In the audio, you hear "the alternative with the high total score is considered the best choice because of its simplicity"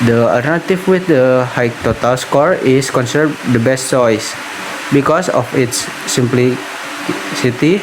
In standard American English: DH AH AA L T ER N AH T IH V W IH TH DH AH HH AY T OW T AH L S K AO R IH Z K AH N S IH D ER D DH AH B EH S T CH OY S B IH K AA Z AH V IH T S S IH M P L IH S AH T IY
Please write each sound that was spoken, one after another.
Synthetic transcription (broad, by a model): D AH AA L T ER N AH T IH F W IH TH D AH HH AY T OW T AH L S K AO R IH S K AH N S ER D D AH B EH S T CH OY S B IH K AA S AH F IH T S S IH M P L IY S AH T IY